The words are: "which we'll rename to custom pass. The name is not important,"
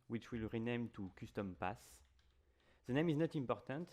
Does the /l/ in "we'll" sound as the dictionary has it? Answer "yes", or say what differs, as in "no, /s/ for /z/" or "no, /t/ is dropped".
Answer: yes